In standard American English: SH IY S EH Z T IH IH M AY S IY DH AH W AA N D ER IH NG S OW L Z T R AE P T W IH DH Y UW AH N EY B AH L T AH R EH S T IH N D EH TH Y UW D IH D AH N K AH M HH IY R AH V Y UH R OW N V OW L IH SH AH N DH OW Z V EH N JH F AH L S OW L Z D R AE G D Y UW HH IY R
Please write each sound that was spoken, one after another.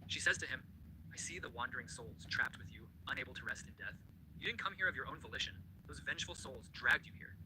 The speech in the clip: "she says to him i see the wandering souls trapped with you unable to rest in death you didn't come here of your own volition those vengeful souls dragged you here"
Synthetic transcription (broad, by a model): SH IY S EH Z T IH IH M AY S IY DH AH W AA N D ER IH NG S OW L Z T R AE P T W IH DH Y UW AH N EY B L T AH R EH S T IH N D EH TH Y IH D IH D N K AH M HH IY R AH V Y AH R OW N V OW L IH SH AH N DH OW Z V EH N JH F L S OW L Z D R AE G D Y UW HH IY R